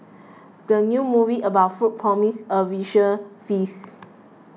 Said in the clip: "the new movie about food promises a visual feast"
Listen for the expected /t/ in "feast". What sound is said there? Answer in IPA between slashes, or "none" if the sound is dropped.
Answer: none